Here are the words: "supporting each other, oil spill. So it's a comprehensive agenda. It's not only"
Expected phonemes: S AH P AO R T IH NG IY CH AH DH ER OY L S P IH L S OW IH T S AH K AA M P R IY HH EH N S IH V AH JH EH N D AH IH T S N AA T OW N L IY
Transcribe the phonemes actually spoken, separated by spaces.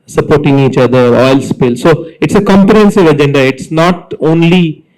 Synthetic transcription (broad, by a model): S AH P AO R T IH NG IY CH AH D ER OY L S P IH L S OW IH T S AH K AA M P R IY HH EH N S IH V AH JH EH N D AH IH T S N AA T OW N L IY